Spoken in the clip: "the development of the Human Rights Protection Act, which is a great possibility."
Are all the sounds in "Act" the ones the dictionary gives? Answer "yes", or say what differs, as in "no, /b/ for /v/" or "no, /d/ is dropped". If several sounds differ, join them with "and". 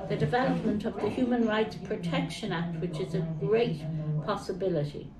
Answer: yes